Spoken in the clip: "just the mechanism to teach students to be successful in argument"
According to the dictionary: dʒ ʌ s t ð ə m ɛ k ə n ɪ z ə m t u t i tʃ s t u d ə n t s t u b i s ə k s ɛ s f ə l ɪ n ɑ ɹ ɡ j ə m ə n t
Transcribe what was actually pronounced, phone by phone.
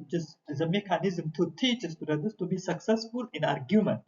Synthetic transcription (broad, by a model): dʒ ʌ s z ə m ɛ k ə n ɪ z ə m t u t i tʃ s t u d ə t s t u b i s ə k s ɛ s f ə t ɪ n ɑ ɹ ɡ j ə m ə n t